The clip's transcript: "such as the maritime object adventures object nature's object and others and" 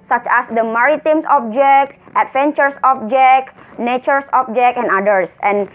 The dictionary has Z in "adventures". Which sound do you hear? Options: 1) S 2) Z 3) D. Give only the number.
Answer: 1